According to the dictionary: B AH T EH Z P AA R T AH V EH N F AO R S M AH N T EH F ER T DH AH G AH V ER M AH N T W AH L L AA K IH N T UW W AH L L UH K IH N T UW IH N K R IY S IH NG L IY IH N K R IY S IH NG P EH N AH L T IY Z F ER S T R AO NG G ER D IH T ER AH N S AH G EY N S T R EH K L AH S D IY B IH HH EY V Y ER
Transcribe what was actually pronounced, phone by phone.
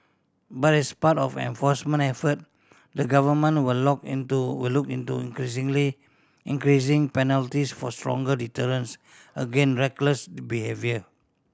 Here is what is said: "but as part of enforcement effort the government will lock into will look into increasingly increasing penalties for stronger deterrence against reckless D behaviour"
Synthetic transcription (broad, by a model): B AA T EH S P AA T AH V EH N F AO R S M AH N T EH F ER T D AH G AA V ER M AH N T W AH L L AA K IH N T UW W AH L L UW K IH N T UW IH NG K R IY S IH NG L IY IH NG K R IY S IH NG P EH N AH L T IY S F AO S T R AO NG G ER D IH T ER AH N S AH G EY N R EH K L AH S B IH HH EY V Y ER